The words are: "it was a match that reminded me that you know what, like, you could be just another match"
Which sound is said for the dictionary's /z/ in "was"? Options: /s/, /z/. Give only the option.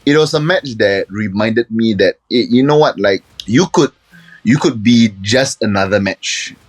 /s/